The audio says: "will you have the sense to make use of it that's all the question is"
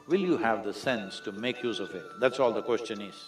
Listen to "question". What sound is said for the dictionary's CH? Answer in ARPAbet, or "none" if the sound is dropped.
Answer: CH